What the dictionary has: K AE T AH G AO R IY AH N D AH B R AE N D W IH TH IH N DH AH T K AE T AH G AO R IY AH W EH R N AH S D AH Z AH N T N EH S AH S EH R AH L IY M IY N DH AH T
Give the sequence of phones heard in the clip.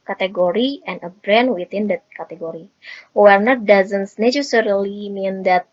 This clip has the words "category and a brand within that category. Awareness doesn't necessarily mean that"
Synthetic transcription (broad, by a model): K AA T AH G AO R IY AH N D AH B R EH N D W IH T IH N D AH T K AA T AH G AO R IY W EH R N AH D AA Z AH N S N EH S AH S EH R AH L IY M IY N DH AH T